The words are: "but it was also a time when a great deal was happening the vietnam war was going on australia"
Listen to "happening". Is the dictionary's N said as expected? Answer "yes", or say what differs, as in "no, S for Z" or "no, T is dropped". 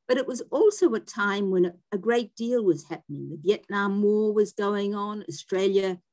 yes